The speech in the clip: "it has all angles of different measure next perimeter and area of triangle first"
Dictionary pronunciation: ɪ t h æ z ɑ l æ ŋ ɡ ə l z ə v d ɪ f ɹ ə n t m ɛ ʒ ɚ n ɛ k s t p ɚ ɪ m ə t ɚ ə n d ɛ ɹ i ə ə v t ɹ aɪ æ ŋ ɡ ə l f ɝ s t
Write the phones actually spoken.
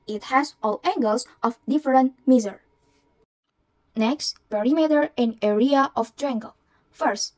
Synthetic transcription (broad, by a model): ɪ t h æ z ɑ l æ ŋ ɡ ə l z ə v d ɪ f ɹ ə n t m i z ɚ n ɛ k s t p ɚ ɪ m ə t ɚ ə n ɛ ɹ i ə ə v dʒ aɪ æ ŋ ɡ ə l f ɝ s t